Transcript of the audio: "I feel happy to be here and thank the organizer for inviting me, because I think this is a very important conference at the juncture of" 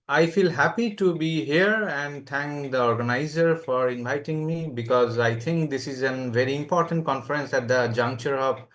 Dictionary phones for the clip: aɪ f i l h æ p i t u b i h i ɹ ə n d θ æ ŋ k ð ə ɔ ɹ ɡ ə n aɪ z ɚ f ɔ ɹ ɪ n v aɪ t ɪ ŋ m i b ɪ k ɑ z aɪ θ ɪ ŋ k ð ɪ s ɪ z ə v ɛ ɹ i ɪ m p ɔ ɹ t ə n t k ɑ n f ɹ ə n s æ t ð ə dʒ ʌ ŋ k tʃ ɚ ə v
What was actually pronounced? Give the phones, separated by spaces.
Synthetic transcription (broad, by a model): aɪ f i l h æ p i t u b i h i ɹ ə n d t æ ŋ k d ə ɔ ɹ ɡ ə n aɪ z ɚ f ɔ ɹ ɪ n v aɪ t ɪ ŋ m i b ɪ k ɑ z aɪ t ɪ ŋ k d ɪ s ɪ z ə v ɛ ɹ i ɪ m p ɔ ɹ t ə n t k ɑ n f ɹ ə n s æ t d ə dʒ ʌ ŋ k tʃ ɚ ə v